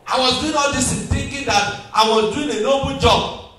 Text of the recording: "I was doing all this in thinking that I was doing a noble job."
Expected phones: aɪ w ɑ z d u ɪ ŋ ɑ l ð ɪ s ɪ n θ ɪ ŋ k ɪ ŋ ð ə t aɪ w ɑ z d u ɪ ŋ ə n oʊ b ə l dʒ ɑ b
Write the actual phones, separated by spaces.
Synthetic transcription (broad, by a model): aɪ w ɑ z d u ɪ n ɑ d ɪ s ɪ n t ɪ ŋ k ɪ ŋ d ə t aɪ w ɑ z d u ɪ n ə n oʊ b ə dʒ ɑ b